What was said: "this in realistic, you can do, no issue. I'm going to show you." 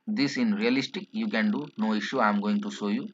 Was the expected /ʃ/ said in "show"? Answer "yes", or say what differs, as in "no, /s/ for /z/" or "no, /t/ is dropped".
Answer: no, /s/ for /ʃ/